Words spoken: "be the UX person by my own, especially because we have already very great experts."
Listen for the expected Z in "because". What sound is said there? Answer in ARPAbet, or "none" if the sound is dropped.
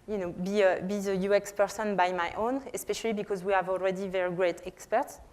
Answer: Z